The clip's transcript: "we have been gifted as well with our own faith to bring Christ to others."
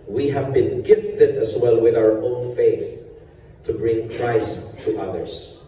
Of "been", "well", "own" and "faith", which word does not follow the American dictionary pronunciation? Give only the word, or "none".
none